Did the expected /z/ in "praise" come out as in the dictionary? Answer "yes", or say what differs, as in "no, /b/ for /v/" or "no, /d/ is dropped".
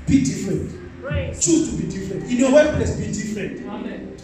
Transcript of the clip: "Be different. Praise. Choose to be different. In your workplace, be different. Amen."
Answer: no, /z/ is dropped